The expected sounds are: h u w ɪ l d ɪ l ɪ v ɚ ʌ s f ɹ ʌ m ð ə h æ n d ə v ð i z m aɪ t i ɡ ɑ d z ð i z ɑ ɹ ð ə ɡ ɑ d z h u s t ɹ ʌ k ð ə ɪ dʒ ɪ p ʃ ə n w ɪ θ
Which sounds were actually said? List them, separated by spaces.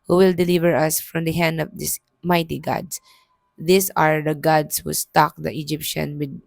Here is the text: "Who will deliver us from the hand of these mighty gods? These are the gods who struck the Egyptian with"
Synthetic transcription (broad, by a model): h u w ɪ l d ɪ l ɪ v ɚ ʌ s f ɹ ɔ m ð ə h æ n d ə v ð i s m aɪ t i ɡ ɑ d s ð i s ɑ ɹ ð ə ɡ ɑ d s h u s t ɑ k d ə ɪ dʒ ɪ p ʃ ə n w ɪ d